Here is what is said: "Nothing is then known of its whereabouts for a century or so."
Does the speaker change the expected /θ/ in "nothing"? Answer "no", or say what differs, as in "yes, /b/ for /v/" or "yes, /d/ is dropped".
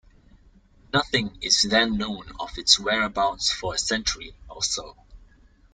no